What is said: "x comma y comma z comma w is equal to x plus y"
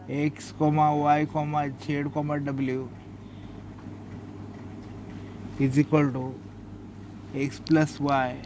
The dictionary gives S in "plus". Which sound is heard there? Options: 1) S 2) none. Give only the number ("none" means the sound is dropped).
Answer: 1